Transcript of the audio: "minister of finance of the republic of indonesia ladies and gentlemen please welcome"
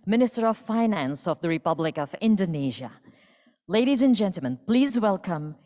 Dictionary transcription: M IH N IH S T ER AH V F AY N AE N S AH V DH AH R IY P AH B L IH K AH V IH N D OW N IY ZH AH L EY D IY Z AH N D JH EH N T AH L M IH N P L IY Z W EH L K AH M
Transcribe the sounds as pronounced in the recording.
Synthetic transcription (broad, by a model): M IH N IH S T ER AH V F AY N AE N S AH V DH AH R IY P AH B L IH K AH V IH N D OW N IY ZH AH L EY D IY Z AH N JH EH N T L M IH N P L IY Z W EH L K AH M